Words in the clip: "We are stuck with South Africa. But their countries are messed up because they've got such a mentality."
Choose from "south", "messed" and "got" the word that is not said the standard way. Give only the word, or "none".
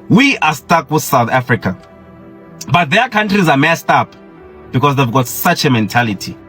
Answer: none